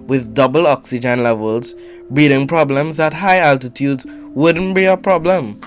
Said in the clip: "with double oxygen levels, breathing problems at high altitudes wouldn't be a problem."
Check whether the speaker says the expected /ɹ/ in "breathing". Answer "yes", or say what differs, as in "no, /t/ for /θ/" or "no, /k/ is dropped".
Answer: no, /ɹ/ is dropped